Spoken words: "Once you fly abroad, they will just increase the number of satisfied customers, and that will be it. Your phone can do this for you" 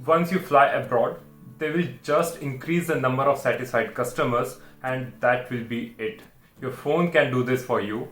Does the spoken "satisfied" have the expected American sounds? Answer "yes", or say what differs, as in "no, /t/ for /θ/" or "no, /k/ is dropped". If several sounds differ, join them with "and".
no, /f/ is dropped